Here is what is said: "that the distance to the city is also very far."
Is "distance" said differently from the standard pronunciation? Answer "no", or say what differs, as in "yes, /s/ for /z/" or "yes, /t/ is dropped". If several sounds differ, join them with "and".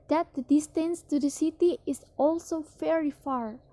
no